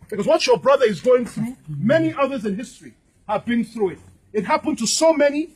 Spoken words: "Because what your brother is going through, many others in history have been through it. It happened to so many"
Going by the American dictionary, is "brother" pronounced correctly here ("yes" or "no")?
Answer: yes